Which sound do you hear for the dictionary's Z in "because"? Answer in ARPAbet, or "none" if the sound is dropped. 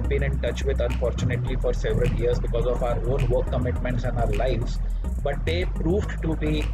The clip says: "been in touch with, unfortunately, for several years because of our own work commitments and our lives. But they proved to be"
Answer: Z